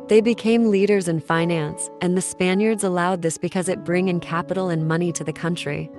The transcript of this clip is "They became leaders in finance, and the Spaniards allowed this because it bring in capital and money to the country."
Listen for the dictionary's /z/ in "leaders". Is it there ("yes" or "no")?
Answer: yes